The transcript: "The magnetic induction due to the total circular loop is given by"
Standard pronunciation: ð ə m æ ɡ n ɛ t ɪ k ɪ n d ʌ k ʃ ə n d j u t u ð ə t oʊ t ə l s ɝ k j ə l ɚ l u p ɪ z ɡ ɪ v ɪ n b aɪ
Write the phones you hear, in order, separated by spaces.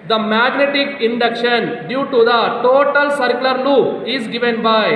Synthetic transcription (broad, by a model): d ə m æ ɡ n ɛ t ɪ k ɪ n d ʌ k ʃ ə n d j u t u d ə t oʊ t ə l s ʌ k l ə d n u ɪ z ɡ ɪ v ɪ n b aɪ